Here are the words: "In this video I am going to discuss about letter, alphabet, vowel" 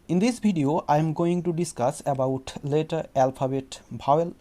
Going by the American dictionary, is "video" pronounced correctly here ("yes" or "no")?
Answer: no